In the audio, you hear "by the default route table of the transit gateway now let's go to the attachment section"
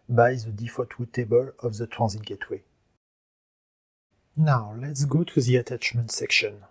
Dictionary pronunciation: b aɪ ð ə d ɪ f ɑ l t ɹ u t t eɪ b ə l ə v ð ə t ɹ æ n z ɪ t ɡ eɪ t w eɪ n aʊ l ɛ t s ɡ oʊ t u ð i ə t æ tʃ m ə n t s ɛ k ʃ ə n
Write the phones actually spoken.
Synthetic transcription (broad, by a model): b aɪ ð ə d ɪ f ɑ t w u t t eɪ b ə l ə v ð ə t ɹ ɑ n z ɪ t ɡ eɪ t w eɪ n aʊ l ɛ t s ɡ oʊ t u ð i ə t æ tʃ m ə n t s ɛ k ʃ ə n